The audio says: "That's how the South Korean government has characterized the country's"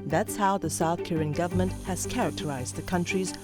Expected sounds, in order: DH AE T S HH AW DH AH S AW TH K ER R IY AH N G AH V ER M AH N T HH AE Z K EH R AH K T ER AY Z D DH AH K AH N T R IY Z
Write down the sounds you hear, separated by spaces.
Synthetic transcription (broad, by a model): DH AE T S HH AW DH AH S AW TH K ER R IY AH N G AH V ER M AH N T HH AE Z K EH R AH K T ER AY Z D DH AH K AH N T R IY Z